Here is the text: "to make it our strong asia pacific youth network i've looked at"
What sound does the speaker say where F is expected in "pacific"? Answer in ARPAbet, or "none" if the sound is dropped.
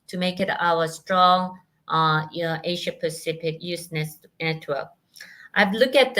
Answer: P